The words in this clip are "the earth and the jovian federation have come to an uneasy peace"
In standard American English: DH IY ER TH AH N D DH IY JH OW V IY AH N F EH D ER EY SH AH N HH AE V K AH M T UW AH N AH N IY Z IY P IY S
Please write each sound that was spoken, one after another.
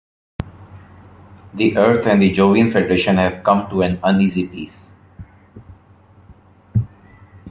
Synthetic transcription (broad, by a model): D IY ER T AH N D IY JH OW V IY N F EH D ER EY SH AH N HH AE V K AH M T UW AH N AH N IY Z IY P IY S